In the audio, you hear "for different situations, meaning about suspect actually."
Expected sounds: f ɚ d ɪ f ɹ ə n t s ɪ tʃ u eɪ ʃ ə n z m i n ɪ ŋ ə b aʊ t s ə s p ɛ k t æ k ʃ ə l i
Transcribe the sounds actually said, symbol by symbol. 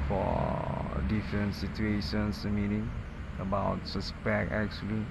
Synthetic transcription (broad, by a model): f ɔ d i f ɹ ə n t s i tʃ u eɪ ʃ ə n s m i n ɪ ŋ ə b aʊ t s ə s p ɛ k ɛ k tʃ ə l i